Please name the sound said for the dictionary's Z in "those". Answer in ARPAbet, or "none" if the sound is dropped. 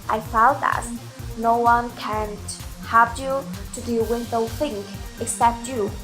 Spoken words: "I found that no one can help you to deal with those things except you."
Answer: none